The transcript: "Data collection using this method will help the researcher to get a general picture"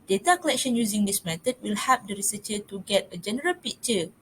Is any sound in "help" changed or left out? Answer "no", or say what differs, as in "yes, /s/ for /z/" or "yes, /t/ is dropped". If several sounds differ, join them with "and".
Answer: yes, /l/ is dropped